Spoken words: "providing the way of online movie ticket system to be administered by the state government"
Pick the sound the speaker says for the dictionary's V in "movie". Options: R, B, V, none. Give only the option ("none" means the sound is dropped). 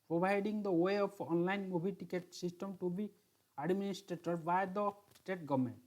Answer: B